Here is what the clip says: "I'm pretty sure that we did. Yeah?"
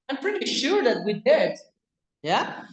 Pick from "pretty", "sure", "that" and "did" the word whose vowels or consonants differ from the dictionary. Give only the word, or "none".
none